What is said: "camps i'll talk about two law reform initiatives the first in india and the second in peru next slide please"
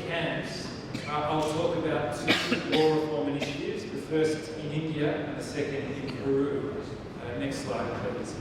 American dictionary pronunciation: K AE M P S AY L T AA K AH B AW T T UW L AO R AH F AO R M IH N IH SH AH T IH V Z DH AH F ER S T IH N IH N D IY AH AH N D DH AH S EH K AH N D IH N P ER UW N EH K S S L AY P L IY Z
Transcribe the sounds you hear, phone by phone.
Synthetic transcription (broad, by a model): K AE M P S AY L T AA K AH B AW T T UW W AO R AH F AO R M IH N IH SH AH T IH V Z DH AH F ER S T IH N IH N D IY AH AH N DH AH S EH K AH N D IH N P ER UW N EH K S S L AY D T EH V